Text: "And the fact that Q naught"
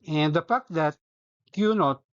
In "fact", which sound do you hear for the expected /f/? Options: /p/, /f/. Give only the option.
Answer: /p/